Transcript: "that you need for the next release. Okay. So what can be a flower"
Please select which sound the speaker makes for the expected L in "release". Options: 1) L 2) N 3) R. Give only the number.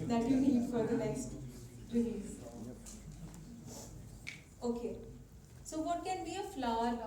2